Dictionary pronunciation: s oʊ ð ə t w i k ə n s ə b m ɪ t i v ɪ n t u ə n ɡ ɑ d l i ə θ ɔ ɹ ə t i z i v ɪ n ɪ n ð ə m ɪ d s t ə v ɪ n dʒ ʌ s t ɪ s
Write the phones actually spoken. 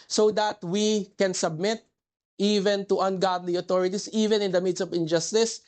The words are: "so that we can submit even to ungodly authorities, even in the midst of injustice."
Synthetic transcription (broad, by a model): s oʊ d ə t w i k ə n s ə b m ɪ t i v ɪ n t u ə n ɡ ɑ d l i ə t ɔ ɹ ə t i s i v ɪ n ɪ n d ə m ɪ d s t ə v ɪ n dʒ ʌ s t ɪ s